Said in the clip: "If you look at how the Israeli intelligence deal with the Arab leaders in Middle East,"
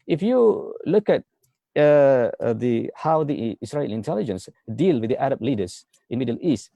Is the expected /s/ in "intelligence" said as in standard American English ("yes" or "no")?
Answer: yes